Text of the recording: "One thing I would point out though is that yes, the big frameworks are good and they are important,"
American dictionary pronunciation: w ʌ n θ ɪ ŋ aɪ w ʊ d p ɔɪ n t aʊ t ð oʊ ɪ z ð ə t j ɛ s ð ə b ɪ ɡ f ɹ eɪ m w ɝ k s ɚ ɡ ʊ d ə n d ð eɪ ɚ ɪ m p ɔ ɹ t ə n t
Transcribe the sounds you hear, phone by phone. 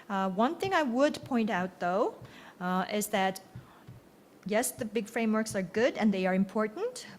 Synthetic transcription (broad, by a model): w ʌ n θ ɪ ŋ aɪ w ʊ d p ɔɪ n t aʊ t ð oʊ ɪ z ð ə t j ɛ s ð ə b ɪ ɡ f ɹ eɪ m w ɝ k s ɚ ɡ ʊ d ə n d ð eɪ ɚ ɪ m p ɔ ɹ t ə n t